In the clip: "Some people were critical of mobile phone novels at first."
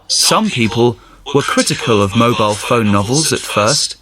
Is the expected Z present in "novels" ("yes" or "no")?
yes